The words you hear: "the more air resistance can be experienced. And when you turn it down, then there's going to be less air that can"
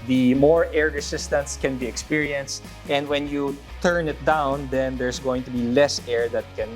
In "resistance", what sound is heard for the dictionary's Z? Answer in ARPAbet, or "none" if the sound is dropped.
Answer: S